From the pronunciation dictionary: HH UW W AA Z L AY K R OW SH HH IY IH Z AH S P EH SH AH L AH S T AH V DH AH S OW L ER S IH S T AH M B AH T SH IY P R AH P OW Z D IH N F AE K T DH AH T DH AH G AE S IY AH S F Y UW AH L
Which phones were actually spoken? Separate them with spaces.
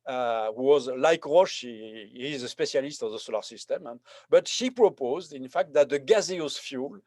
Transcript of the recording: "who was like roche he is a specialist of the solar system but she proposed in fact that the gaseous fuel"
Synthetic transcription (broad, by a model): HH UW W AA Z L AY K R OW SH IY Z AH S P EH S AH L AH S T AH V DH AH S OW L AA S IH S T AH M B AH T SH IY P R AH P OW Z D IH N F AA K T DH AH T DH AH G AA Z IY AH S F Y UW L